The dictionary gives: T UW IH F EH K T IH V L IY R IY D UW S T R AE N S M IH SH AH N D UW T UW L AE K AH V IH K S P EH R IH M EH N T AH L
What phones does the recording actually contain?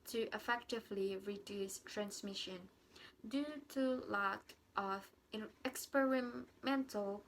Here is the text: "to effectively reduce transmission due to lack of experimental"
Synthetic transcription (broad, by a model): T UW IH F EH K T IH V L IY R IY D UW S T R AE N S M IH SH AH N D UW T UW L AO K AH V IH K S P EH R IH M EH N T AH L